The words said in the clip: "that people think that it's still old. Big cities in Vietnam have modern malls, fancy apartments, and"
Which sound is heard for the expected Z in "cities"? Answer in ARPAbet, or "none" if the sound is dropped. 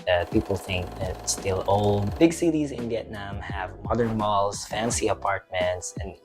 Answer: Z